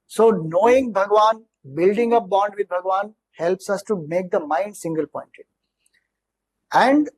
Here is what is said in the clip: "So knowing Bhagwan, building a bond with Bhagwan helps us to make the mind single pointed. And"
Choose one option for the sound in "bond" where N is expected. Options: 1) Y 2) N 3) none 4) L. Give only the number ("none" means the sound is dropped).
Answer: 2